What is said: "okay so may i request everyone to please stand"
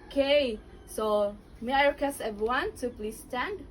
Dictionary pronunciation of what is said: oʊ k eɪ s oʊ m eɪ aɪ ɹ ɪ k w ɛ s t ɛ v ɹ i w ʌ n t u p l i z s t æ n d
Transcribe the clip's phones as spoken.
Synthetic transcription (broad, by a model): k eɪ s oʊ m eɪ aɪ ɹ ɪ k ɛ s ɛ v ɹ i w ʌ n t u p l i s t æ n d